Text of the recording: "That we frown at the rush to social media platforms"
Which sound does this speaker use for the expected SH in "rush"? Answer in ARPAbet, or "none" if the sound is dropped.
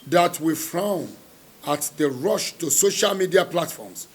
SH